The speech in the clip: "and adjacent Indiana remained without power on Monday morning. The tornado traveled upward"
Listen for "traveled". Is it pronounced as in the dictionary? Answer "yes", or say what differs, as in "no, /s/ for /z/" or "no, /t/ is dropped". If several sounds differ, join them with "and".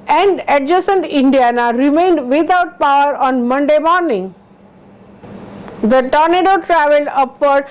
no, /d/ is dropped